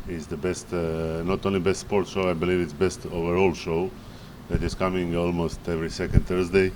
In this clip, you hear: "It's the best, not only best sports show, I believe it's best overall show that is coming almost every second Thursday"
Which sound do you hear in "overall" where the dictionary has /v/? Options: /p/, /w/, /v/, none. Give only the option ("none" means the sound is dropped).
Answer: /v/